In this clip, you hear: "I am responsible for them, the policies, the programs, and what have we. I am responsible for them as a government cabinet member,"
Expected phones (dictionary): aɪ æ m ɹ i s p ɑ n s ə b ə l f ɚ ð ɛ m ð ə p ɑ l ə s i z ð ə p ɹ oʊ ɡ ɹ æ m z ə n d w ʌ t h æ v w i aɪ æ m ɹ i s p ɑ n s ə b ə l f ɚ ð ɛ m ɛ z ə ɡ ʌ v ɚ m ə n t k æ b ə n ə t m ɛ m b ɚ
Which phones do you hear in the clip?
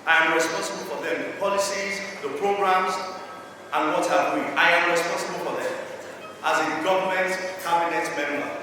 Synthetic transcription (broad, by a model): aɪ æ m ɹ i s p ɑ n s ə b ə l f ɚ ð ɛ m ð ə p ɑ l ə s i z ð ə p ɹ oʊ ɡ ɹ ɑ m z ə n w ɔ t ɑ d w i aɪ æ m ɹ i s p ɑ n s ə b ə l f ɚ ð ɛ m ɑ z ə ɡ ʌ v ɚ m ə n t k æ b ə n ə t m ɛ m b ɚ